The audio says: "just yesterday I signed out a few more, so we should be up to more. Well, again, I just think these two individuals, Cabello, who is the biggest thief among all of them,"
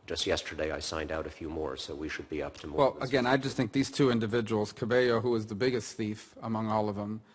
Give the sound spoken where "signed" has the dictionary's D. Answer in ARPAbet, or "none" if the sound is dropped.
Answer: D